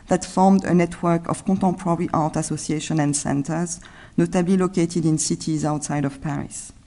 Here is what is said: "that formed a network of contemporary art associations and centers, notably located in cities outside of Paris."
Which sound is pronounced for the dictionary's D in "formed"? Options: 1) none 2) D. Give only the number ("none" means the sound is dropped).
2